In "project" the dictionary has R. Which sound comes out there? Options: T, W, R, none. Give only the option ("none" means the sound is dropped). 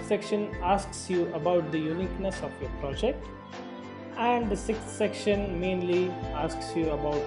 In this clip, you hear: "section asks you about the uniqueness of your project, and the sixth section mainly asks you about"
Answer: R